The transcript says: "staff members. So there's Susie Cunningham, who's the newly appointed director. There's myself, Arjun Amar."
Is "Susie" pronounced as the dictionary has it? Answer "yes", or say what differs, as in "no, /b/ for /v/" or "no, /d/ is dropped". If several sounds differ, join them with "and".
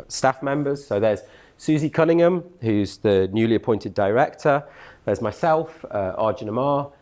yes